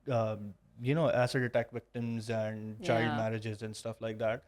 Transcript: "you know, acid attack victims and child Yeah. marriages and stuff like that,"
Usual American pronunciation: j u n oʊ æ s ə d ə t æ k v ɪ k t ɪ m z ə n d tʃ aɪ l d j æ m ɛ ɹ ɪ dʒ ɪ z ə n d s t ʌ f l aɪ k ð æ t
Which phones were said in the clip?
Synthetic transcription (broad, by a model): j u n oʊ æ s ə d ə t æ k v ɪ k t ɪ m z ə n d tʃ aɪ d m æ ɹ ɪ dʒ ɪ z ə n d s t ʌ f l aɪ k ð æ t